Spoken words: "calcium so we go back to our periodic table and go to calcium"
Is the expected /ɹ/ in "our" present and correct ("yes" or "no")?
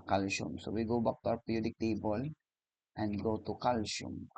no